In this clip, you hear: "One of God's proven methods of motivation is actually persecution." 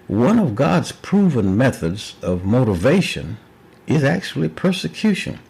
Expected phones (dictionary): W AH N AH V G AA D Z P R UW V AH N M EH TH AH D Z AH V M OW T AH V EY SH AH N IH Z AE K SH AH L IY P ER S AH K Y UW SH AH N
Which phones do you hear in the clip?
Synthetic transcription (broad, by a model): W AH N AH V G AA D Z P R UW V AH N M EH TH AH D Z AH V M OW T AH V EY SH AH N IH Z AE K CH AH L IY P ER S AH K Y UW SH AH N